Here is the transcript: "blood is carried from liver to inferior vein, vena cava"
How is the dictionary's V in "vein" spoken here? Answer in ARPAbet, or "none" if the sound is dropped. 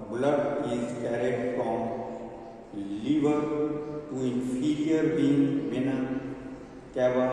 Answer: B